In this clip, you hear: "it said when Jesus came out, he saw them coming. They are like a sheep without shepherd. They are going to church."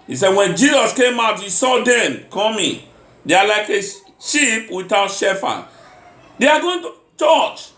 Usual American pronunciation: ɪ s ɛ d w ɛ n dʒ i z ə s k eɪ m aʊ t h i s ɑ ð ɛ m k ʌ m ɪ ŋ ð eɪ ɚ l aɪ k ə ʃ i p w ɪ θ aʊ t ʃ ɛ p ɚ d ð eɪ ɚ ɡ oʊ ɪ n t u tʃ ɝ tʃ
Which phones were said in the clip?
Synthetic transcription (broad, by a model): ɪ s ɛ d w ɛ n dʒ i z ə s k eɪ m aʊ t h i s ɑ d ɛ m k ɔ m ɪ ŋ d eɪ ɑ l aɪ k ə ʃ i p w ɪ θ aʊ t ʃ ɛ f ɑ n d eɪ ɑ ɡ oʊ ɪ n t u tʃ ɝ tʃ